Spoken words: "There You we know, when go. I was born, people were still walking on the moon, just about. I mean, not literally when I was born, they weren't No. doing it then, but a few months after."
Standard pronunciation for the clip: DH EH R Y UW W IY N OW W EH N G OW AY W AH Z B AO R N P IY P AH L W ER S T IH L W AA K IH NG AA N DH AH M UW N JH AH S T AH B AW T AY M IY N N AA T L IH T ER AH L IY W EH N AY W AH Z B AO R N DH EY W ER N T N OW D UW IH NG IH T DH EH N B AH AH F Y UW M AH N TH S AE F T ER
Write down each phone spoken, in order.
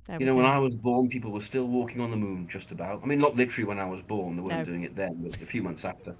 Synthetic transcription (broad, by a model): Y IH N OW W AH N AY W AH Z B AO R N P IY P L W ER S T IH L W AA K IH NG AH N DH AH M UW N JH AH S T AH B AW T AY M IY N N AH T L IH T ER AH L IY W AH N AY W AH Z B AO R N DH EY W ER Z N D UW IH NG IH T DH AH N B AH AH F Y UW M AH N TH S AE F T ER